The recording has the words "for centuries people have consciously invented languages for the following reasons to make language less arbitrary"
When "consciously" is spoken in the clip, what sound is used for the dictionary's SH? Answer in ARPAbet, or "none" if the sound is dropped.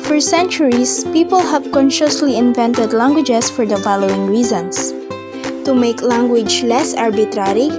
SH